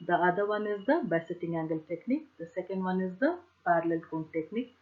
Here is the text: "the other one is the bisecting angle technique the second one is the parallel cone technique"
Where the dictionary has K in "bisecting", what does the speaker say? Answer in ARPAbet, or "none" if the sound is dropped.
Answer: none